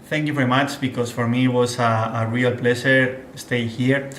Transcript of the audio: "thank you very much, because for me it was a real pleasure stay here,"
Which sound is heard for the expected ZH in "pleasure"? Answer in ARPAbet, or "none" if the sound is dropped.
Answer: SH